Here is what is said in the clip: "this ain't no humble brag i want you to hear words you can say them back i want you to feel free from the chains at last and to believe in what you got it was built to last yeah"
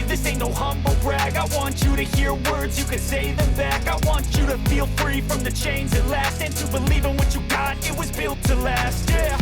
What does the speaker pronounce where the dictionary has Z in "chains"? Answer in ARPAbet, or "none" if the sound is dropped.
Z